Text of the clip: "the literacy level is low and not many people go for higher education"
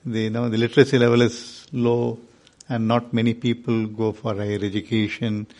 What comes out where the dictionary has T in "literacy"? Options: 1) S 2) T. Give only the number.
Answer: 2